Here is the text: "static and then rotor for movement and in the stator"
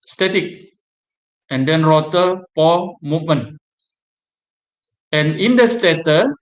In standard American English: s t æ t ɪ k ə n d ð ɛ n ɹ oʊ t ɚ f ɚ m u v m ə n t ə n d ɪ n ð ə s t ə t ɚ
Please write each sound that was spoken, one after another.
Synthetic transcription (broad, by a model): s t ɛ t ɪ k ə n d ɛ n ɹ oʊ t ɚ p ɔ m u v m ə n ə n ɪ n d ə s t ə t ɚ